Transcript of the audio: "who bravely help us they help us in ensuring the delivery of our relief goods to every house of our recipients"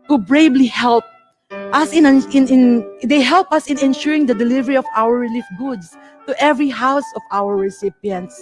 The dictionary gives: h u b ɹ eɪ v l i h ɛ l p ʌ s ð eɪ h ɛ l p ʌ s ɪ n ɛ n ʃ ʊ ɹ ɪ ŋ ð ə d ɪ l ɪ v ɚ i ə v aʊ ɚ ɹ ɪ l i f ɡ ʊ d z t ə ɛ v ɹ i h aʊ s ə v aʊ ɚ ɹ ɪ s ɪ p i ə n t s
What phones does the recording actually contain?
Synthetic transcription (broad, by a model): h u b ɹ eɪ b l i h ɛ l p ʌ s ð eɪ h ɛ l p ʌ s ɪ n ɛ n ʃ ʊ ɹ ɪ ŋ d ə d ɪ l ɪ v ɚ i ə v aʊ ɚ ɹ ɪ l i f ɡ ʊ d s t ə ɛ v ɹ i h aʊ s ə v aʊ ɚ ɹ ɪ s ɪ p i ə n t s